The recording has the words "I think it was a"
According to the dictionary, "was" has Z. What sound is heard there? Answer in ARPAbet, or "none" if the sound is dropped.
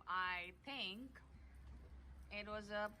Z